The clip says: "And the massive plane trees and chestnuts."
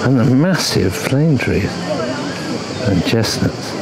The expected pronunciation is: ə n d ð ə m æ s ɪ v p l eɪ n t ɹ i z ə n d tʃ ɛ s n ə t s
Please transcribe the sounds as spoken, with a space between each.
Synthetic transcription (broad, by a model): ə n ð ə m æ s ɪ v f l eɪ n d ɹ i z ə n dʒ ɛ s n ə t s